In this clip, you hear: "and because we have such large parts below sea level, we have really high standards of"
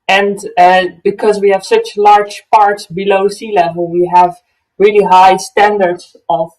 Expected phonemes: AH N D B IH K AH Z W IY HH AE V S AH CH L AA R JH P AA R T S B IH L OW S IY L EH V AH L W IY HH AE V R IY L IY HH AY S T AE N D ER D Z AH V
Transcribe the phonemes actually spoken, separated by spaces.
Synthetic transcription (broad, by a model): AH N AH B IH K AH Z W IY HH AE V S AH CH L AA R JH P AA R T S B IH L OW S IY L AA W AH W IY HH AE V R IY L IY HH AY S T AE N D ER D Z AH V